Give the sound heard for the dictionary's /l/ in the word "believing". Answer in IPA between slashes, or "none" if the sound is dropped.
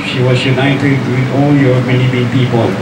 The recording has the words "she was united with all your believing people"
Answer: /n/